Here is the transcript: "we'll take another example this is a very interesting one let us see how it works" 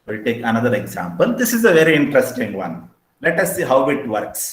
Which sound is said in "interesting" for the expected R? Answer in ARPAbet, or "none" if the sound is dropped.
R